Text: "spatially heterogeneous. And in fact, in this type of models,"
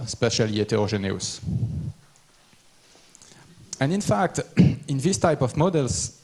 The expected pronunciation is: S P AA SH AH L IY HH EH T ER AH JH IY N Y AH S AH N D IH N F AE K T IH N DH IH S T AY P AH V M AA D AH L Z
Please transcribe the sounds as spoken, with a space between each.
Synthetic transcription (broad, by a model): S P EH SH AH L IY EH T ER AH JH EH N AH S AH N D IH N F AE K T IH N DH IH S T AY P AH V M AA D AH L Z